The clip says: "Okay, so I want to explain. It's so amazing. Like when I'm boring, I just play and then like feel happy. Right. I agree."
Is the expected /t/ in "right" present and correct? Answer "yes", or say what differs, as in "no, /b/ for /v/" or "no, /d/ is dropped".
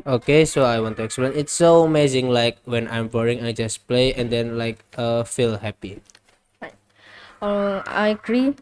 no, /t/ is dropped